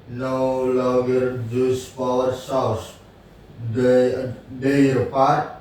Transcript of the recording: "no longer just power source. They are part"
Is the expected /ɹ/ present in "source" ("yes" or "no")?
no